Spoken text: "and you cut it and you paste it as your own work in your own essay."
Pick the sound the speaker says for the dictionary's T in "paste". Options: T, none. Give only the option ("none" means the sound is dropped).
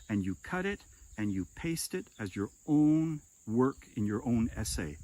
T